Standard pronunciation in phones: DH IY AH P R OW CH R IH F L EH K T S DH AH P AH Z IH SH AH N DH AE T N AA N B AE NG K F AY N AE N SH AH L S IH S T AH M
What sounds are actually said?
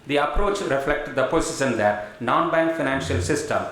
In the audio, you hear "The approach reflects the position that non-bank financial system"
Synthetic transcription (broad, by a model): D IY AH P R OW CH R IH F L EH K T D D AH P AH S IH S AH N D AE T N AA N B AE NG K F AY N AE N SH AH L S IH S T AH M